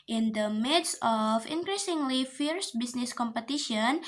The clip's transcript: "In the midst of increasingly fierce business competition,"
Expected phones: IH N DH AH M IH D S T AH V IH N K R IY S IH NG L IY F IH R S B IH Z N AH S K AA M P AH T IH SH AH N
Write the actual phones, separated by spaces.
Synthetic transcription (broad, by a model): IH N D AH M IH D S AH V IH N K R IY S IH NG L IY F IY R S B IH S N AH S K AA M P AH T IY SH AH N